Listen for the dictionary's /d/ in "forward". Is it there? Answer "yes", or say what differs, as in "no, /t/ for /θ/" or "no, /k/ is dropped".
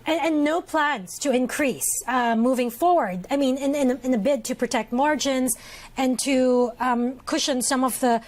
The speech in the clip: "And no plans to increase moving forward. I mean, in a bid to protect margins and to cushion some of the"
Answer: yes